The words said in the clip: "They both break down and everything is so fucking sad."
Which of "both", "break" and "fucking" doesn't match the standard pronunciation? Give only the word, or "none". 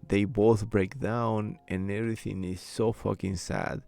none